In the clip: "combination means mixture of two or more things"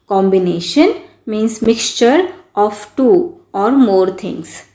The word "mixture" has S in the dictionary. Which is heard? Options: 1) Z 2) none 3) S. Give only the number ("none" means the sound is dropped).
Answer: 3